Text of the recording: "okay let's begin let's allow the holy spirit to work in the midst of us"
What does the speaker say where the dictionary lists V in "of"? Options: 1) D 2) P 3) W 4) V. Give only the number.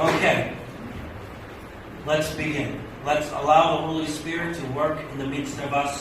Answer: 4